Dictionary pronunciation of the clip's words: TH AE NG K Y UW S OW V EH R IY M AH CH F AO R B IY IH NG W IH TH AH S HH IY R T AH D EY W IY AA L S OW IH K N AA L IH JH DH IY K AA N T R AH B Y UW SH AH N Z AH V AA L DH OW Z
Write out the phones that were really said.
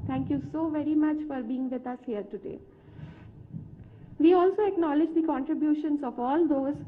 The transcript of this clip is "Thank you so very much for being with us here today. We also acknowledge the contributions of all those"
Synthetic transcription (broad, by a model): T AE NG K Y UW S OW V EH R IY M AH CH F AO R B IY IH NG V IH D AH S HH IY R T AH D EY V IY AA L S OW IH K N AA L IH JH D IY K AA N T R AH B Y UW SH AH N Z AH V AA L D OW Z